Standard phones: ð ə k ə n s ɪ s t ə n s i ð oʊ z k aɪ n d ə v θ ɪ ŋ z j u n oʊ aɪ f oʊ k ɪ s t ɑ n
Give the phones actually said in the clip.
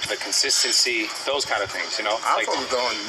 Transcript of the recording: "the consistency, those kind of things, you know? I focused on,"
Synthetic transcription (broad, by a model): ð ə k ə n s ɪ s t ə n s i ð oʊ z k aɪ n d ə v θ ɪ ŋ z j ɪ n oʊ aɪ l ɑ ɪ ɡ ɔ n